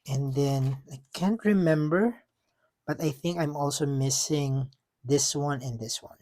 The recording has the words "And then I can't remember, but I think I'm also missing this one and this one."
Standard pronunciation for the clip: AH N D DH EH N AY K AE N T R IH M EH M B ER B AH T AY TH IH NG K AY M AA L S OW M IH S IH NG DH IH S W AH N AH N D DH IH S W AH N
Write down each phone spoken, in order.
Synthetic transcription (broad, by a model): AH N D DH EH N AY K AE N T R IH M EH M B ER B AH T AY TH IH NG K AY M AA L S OW M IH S IH NG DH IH S W AH N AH N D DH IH S W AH N